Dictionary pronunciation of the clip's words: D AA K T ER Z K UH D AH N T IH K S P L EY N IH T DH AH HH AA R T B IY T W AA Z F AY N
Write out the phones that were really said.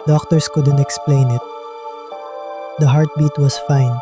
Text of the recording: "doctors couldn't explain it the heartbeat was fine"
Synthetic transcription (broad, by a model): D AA K T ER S K UH D AH N T IH K S P L EY N IH T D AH HH AA R T B IY T W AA S F AY N